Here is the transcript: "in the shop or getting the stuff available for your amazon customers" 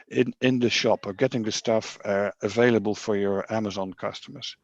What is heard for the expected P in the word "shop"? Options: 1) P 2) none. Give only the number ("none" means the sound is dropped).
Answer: 1